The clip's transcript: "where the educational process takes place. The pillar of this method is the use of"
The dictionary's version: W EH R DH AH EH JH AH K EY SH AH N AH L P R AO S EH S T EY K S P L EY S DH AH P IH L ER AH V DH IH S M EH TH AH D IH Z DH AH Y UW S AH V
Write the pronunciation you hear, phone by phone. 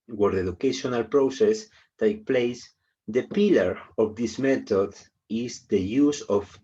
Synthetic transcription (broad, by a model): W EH R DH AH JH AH K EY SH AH N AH L P R AO S EH S T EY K P L EY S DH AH P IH L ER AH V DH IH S M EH T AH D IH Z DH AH Y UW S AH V